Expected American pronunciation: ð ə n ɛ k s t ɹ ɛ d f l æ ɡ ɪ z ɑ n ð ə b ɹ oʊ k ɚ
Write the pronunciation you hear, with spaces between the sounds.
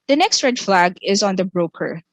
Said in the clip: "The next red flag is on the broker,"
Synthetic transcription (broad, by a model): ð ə n ɛ k s t ɹ ɛ d f l æ ɡ ɪ z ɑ n ð ə b ɹ oʊ k ɚ